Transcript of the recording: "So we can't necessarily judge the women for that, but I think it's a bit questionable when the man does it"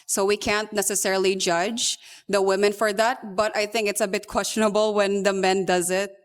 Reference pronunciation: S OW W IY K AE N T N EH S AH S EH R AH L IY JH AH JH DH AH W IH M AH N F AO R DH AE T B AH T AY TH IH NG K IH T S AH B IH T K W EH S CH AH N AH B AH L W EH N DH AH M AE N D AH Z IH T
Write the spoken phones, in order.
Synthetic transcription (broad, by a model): S OW W IY K AE N T N EH S AH S EH R AH L IY JH AH JH DH AH W IH M AH N F AO R DH AE T B AH T AY TH IH NG K IH T S AH B IH T K W EH S CH AH N AH B AH L W EH N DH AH M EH N D AH Z IH T